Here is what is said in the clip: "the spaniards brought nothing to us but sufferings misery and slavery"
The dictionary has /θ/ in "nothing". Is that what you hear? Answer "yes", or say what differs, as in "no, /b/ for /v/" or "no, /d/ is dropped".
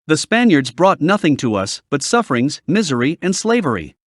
yes